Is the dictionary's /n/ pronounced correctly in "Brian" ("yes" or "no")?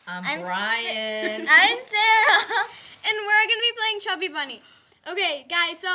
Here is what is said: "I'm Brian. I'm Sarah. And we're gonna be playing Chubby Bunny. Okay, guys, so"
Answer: no